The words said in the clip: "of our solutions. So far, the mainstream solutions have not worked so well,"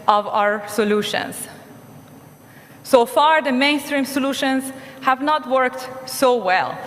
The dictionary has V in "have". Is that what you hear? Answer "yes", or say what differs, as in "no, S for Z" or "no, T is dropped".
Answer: yes